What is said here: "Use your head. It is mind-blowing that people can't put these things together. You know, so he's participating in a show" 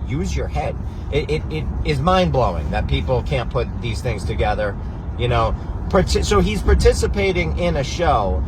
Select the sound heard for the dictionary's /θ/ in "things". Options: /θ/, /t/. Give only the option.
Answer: /θ/